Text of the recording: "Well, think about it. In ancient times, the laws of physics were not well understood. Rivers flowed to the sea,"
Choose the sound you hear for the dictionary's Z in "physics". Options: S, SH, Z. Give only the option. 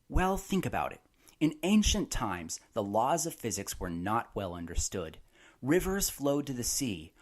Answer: Z